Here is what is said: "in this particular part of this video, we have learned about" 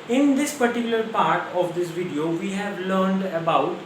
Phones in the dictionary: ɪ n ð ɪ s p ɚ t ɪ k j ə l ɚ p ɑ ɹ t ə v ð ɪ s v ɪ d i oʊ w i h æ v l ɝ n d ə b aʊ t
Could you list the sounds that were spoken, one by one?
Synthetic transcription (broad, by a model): ɪ n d ɪ s p ɚ t ɪ k j ə l ɚ p ɑ ɹ t ə v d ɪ s v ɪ d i oʊ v i h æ v l ɝ n d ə b aʊ t